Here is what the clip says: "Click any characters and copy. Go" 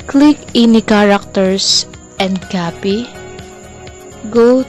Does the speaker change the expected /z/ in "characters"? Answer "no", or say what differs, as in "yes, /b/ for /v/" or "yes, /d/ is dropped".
yes, /s/ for /z/